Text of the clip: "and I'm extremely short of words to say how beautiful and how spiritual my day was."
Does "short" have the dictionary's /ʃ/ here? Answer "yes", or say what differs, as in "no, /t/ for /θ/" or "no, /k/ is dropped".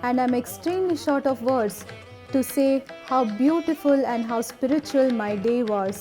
yes